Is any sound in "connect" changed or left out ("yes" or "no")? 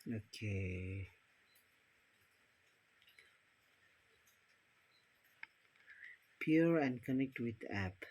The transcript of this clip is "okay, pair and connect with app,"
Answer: no